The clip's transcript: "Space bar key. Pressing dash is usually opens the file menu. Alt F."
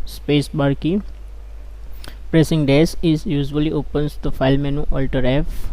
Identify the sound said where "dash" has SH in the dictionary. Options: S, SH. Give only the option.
S